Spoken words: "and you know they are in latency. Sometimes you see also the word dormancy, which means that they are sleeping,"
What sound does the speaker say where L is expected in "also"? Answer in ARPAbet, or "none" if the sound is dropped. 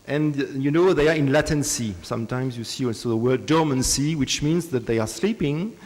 none